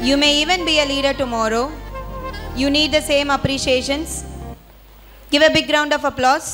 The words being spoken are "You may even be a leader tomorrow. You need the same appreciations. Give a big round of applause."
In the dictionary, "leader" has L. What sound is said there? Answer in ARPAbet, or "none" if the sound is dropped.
L